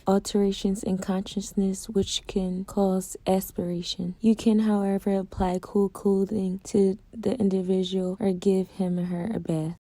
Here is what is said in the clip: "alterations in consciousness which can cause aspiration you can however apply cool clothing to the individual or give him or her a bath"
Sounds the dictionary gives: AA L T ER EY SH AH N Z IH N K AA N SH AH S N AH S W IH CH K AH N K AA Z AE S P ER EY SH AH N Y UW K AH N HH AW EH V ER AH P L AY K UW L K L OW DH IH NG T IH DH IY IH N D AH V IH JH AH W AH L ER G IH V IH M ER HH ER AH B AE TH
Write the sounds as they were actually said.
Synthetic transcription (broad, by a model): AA L T ER EY SH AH N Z IH N K AA N SH AH S N AH S W IH CH K AH N K AA Z AE S P ER EY SH AH N Y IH K AH N HH AW EH V ER AH P L AY K UW L K L OW DH IH NG T IH DH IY IH N D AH V IH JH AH W L ER G IH V IH M HH ER AH B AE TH